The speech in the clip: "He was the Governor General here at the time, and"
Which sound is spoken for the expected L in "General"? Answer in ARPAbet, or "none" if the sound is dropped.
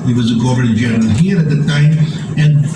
N